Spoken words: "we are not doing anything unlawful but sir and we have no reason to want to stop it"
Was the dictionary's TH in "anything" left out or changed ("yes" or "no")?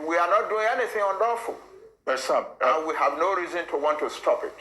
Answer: no